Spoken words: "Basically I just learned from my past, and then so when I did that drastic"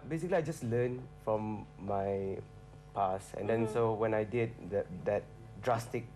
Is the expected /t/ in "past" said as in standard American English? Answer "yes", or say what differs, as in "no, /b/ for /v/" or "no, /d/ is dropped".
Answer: no, /t/ is dropped